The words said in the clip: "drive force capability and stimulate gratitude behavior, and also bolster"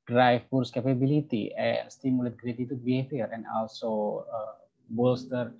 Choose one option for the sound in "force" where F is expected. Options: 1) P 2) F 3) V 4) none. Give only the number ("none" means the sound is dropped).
1